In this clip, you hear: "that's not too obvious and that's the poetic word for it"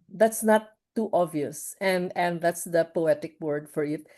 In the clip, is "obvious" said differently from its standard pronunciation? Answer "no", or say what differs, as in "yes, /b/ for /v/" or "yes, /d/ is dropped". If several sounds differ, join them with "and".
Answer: yes, /b/ is dropped